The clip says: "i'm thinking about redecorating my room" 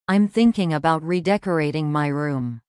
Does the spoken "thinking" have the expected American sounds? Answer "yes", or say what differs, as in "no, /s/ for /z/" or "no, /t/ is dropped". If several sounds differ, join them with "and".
yes